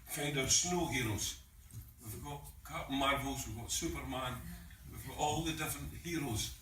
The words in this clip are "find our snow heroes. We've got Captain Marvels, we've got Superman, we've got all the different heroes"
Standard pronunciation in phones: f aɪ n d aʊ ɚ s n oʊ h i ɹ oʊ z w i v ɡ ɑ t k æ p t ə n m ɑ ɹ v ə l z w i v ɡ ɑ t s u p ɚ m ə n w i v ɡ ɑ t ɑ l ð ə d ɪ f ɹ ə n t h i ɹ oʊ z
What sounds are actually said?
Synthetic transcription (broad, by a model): f aɪ n d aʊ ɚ s n oʊ h i ɹ oʊ z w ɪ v ɡ ɑ t k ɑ t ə m ɑ ɹ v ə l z w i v ɡ ɑ t s u p ɚ m ə n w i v ɡ ɑ t ɑ l ð ə d ɪ f ɹ ə n t h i ɹ oʊ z